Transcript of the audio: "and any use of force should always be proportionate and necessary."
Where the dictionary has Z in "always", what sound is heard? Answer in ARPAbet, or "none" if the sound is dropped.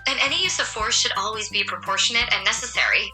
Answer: Z